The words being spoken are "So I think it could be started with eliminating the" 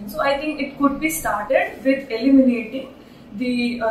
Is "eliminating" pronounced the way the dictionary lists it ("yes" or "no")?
yes